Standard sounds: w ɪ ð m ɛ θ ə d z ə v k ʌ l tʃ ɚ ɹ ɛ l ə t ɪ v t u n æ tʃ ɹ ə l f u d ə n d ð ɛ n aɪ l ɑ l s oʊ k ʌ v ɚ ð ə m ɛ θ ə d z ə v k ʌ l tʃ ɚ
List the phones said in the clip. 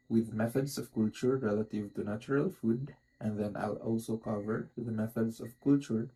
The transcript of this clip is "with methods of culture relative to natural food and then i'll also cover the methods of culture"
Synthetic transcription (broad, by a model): w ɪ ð m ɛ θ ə d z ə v k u l tʃ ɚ ɹ ɛ l ə t ɪ v t u n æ tʃ ɹ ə l f u d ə n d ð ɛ n aɪ l ɑ l s oʊ k ʌ v ɚ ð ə m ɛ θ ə d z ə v k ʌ l tʃ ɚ